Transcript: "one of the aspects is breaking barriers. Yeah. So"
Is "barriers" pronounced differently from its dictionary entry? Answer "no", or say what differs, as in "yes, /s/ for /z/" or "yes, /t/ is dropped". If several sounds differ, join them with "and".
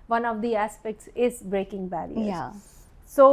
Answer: yes, /z/ is dropped